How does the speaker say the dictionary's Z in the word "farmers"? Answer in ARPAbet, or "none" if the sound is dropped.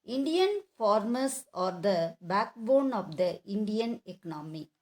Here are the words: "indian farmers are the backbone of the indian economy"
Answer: S